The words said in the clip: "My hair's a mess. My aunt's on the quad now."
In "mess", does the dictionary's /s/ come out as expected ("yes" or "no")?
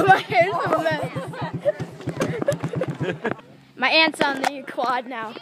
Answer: no